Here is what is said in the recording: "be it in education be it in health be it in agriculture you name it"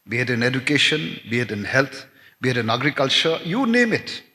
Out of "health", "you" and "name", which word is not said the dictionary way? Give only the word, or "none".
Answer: health